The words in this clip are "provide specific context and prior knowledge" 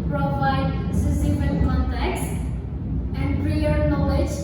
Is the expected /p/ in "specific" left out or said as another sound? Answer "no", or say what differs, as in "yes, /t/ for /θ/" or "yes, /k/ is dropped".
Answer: yes, /p/ is dropped